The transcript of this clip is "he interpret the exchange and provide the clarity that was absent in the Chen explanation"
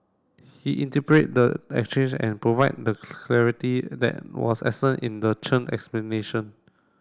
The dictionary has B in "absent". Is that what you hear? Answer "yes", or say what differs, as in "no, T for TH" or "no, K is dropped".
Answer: no, B is dropped